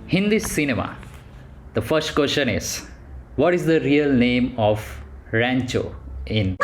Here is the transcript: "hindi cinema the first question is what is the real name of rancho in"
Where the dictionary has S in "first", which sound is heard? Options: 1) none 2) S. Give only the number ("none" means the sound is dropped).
2